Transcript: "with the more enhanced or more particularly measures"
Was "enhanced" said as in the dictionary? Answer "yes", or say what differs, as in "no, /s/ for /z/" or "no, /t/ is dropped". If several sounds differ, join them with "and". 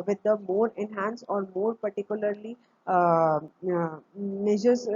no, /t/ is dropped